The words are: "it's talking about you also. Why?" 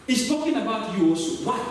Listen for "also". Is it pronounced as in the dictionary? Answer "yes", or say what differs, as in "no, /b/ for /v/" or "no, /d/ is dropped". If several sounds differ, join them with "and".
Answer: no, /l/ is dropped